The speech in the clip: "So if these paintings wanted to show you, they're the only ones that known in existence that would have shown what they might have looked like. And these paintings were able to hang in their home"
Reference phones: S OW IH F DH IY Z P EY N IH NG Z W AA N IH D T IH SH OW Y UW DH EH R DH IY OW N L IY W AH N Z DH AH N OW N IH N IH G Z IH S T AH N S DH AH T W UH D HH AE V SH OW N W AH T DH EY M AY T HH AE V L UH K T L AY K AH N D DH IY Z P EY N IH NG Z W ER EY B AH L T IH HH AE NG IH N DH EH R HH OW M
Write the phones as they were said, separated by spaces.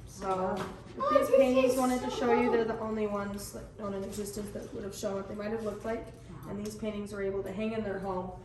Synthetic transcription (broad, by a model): S OW IH F DH IY Z P EY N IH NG Z W AA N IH D T IH SH OW Y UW DH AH R DH IY OW N L IY W AH N Z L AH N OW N IH N IH G Z IH S T AH N S DH AH T W UH D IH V SH OW N W AH T DH EY M AY T HH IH V L UH K T L AY K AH N DH IY Z P EY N IH NG Z W ER EY B L T IH HH AE NG IH N DH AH R HH OW M